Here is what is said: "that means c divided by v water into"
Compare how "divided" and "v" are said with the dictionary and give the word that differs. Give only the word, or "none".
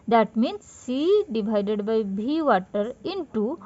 v